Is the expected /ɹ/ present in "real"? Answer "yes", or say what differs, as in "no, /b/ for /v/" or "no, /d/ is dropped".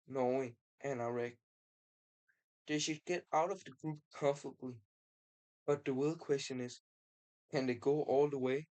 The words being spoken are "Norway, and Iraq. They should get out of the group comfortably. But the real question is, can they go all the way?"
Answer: no, /w/ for /ɹ/